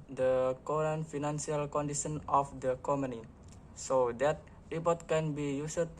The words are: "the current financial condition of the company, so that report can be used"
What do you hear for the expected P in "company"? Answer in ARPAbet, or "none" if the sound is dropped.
none